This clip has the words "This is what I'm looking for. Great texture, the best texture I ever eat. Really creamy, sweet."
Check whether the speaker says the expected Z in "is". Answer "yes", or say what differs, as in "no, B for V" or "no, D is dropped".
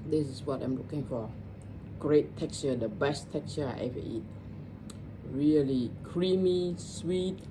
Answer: no, S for Z